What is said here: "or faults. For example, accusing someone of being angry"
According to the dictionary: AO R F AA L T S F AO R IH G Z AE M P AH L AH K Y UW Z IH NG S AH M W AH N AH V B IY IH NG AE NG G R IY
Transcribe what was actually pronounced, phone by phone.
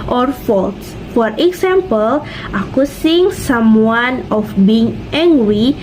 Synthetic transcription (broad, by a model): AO R F AA L T S F AO R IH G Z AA M P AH L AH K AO S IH NG S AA M W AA N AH F B IY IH NG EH NG G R IY